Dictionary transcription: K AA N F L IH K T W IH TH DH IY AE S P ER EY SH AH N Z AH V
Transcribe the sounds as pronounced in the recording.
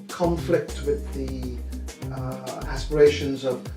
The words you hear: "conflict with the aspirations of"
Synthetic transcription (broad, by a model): K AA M F L IH K T W IH DH IY AE S P ER EY SH AH N Z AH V